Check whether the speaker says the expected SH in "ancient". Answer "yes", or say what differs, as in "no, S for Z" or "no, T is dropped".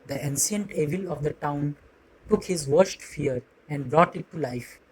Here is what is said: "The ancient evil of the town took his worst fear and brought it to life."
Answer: no, S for SH